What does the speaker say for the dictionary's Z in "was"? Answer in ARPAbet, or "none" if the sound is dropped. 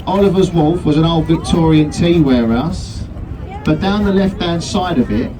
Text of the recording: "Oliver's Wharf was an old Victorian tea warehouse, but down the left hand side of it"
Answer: Z